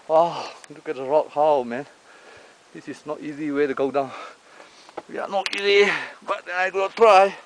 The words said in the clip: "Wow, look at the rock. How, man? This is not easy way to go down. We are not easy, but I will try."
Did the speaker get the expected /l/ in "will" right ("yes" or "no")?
no